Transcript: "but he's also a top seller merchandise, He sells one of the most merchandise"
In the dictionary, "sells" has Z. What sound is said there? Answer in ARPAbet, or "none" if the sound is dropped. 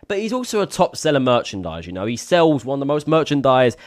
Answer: Z